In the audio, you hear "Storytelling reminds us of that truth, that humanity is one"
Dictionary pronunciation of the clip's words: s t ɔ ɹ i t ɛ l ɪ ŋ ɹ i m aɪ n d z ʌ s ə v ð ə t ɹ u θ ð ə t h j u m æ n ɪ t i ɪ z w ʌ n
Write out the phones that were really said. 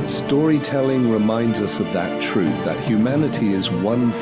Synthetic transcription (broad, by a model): s t ɔ ɹ i t ɛ l ɪ ŋ ɹ i m aɪ n d z ʌ s ə v ð ə t ɹ u θ ð ə t h j u m æ n ɪ t i ɪ z w ʌ n